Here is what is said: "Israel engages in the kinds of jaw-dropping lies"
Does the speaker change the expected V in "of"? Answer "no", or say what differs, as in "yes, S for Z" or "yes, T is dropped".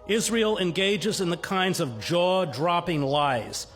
no